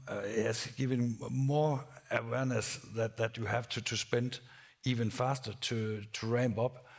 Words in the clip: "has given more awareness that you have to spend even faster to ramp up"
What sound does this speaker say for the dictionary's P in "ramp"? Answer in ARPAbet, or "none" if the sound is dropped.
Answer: B